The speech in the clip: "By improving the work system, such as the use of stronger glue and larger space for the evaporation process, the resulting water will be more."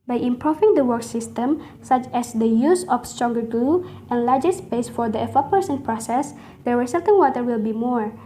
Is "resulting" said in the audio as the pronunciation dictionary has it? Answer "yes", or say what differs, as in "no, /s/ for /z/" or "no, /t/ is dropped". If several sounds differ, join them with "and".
no, /s/ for /z/ and /l/ is dropped